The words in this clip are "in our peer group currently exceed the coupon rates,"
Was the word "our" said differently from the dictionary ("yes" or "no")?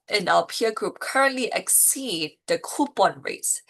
yes